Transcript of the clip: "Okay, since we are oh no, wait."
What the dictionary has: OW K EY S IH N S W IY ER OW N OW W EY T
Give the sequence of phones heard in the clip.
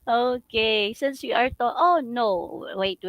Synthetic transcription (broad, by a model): OW K EY S IH N S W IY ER OW N OW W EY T